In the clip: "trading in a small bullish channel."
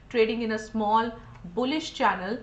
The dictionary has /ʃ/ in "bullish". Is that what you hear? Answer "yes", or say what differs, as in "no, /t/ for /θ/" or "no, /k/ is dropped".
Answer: yes